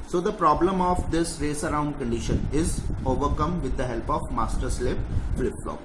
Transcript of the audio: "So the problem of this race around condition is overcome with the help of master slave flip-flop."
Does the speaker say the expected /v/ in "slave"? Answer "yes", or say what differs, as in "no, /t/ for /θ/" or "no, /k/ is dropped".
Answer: no, /p/ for /v/